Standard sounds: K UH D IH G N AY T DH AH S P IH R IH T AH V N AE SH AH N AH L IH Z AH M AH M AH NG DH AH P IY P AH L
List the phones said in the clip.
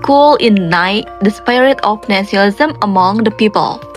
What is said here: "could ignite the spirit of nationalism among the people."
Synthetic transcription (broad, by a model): K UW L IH N AY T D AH S P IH R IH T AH F N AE S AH AH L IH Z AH M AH M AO NG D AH P IY P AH L